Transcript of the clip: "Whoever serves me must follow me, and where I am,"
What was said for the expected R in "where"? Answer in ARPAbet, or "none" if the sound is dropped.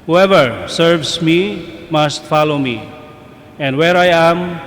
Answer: R